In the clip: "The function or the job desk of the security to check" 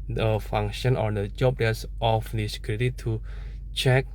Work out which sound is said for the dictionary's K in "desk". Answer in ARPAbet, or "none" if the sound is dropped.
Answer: none